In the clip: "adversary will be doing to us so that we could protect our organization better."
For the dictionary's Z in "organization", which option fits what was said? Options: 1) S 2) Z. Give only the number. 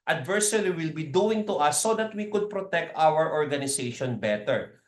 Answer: 1